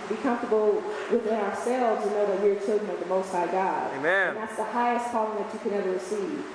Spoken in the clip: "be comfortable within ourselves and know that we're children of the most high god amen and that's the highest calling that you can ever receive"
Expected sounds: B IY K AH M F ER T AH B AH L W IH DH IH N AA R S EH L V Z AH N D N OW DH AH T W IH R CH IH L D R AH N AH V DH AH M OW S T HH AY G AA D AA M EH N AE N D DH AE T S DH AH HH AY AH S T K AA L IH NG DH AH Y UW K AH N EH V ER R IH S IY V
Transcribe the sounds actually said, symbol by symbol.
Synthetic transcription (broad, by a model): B IY K AH M F T AH B L W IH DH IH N AA R S EH L V Z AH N N OW DH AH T W IH R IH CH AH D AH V DH AH M OW S T HH AY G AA AA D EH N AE N DH AE T S DH AH HH AY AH S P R AA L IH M DH AH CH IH K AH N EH V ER R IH S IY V